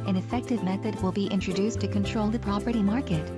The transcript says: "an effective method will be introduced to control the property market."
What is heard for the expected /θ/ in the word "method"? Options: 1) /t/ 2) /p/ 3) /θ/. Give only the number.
3